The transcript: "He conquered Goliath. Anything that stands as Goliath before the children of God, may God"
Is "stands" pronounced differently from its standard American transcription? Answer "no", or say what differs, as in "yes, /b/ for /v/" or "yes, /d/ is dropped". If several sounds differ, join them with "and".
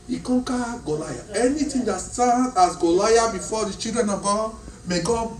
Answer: yes, /z/ is dropped